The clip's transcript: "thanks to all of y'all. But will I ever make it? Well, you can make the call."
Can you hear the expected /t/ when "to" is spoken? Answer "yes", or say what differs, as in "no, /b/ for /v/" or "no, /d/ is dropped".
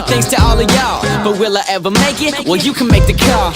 yes